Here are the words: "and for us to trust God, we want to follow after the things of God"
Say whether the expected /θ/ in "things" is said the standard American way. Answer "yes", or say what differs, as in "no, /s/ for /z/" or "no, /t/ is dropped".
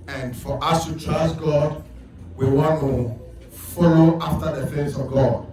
no, /f/ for /θ/